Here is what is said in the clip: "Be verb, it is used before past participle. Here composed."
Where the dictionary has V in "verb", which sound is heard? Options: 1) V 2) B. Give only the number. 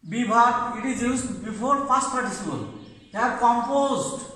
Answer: 2